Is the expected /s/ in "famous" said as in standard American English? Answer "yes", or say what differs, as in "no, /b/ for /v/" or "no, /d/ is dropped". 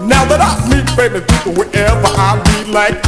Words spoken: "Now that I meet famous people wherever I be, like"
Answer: no, /s/ is dropped